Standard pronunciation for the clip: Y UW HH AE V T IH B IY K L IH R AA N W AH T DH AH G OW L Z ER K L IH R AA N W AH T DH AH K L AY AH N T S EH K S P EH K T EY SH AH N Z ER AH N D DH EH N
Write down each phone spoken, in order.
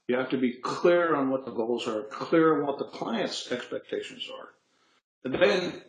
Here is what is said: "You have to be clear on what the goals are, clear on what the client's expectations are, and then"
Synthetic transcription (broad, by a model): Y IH HH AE F T IH B IY K L IH R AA N W AH T DH AH G OW L Z ER K L IH R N W AH T DH AH K L AY AH N T S EH K S P EH K T EY SH AH N Z ER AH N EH N